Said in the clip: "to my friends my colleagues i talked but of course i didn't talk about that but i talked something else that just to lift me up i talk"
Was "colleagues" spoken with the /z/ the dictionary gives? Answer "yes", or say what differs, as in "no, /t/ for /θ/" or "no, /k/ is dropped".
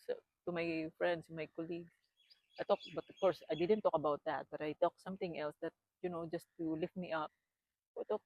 no, /z/ is dropped